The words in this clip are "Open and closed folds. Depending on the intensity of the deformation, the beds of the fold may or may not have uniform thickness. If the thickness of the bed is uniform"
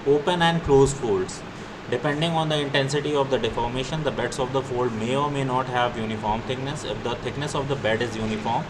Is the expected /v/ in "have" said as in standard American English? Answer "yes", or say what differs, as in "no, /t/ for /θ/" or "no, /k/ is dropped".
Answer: yes